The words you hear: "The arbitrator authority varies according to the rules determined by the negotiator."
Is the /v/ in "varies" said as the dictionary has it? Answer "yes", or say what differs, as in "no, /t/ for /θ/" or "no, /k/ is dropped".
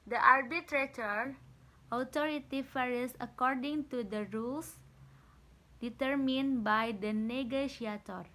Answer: no, /f/ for /v/